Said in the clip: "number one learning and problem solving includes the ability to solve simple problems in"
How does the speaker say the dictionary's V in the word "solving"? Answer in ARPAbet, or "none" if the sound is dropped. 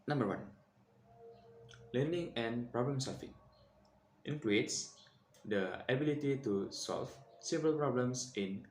F